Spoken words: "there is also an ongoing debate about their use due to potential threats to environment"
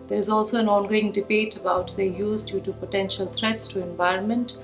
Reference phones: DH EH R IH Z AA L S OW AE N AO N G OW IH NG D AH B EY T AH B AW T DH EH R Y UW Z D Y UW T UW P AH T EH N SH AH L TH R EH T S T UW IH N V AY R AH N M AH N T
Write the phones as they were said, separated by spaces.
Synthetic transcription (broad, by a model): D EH R IH Z AA L S OW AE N AO N G OW IH NG D AH B EY T AH B AW T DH EH Y UW Z D Y UW T UW P AH T EH N SH AH L T R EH T S T UW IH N V AY R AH N M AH N T